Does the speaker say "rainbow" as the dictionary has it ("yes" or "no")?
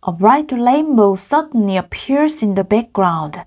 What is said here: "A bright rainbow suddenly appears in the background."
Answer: no